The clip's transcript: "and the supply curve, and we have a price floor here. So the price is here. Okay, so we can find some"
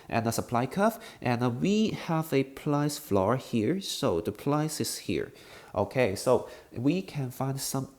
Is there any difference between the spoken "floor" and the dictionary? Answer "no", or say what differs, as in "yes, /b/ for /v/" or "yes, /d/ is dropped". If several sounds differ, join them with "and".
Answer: no